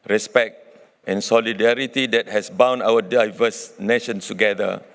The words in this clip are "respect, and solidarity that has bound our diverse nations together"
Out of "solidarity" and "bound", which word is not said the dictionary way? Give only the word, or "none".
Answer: bound